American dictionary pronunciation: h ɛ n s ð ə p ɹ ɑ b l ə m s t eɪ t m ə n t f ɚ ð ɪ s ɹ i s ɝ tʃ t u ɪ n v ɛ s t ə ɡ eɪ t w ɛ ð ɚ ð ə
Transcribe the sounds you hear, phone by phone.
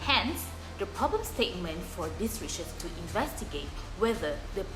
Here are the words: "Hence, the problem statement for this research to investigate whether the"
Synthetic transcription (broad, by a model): h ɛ n s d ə p ɹ ɑ b l ə m s t eɪ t m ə n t f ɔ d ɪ s ɹ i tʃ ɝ s t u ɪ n v ɛ s t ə ɡ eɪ t w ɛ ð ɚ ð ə